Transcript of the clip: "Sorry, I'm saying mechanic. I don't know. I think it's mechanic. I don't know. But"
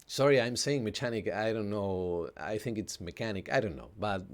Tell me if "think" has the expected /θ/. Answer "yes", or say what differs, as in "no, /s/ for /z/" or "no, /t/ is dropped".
yes